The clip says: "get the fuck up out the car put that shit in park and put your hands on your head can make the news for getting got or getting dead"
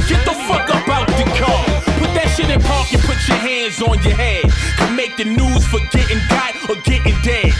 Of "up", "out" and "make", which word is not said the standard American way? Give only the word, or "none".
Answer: up